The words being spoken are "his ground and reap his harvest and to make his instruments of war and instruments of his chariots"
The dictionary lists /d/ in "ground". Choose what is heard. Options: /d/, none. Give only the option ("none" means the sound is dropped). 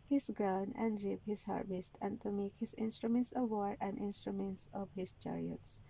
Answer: none